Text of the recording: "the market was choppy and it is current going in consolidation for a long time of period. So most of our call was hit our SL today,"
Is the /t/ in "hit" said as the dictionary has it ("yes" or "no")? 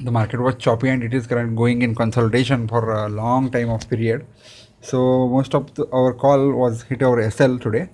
yes